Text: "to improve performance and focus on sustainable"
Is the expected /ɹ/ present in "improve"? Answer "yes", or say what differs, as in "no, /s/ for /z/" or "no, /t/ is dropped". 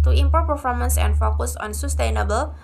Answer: no, /ɹ/ is dropped